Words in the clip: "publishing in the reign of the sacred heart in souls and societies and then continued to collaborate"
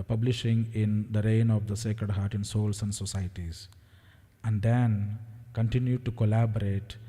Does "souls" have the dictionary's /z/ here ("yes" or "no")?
no